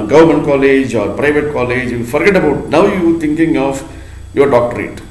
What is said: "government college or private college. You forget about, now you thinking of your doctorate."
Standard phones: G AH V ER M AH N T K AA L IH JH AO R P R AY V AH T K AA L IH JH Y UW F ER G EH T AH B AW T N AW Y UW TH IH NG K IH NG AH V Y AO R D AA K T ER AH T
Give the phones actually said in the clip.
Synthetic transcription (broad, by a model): G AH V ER M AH N T K AA L IH JH AO R P R AY V AH T K AA L IH JH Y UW F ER G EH T AH B AW T N AW Y UW T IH NG K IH NG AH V Y AO R D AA K T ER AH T